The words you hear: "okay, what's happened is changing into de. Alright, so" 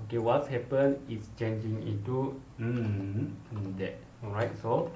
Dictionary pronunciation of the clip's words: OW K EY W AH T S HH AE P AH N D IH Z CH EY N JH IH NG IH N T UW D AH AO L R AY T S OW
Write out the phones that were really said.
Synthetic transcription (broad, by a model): OW K EY W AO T S HH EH P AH N IH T CH EY N JH IH NG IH T UW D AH AO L R AY T S OW